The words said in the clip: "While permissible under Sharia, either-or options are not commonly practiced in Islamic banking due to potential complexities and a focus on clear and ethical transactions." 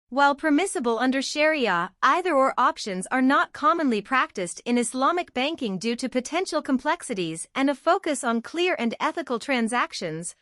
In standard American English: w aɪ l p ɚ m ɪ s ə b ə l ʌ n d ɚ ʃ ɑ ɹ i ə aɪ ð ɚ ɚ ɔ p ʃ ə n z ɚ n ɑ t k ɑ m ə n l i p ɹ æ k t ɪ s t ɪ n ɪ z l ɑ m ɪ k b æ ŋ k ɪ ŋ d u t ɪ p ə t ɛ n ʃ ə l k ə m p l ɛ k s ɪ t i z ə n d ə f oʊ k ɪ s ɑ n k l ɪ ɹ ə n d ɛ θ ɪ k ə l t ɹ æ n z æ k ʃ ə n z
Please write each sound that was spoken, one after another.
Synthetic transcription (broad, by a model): w aɪ l p ɚ m ɪ s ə b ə l ʌ n d ɚ ʃ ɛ ɹ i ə aɪ ð ɚ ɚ ɔ p ʃ ə n z ɚ n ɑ t k ɑ m ə n l i p ɹ æ k t ɪ s t ɪ n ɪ s l ɑ m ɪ k b æ ŋ k ɪ ŋ d u t ɪ p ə t ɛ n ʃ l k ə m p l ɛ k s ɪ t i z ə n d ə f oʊ k ɪ s n k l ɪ ɹ ə n d ɛ θ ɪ k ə l t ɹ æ n z æ k ʃ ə n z